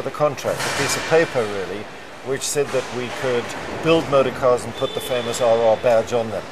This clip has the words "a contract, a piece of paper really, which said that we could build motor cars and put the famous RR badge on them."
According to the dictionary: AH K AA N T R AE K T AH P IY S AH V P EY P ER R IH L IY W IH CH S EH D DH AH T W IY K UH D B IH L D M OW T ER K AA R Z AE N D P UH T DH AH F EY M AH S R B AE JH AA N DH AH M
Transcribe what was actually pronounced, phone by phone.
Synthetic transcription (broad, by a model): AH K AA N T R AE K T AH P IY S AH V P EY P ER R IH L IY W IH CH S EH D DH AH T W IY K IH D B IH L D M OW T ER K AA R Z N P UH T DH AH F EY M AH S R B AE JH N DH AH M